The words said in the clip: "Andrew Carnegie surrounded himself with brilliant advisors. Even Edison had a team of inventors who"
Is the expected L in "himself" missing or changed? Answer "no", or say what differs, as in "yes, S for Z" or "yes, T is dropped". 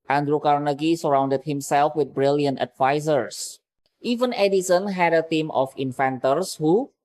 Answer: no